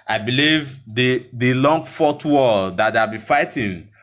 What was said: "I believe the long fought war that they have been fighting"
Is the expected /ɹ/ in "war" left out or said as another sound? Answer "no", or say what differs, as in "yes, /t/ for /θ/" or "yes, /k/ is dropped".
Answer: yes, /l/ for /ɹ/